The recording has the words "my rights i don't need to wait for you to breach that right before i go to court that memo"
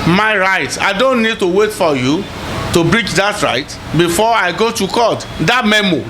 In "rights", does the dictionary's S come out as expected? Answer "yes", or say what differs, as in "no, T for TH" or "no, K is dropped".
no, S is dropped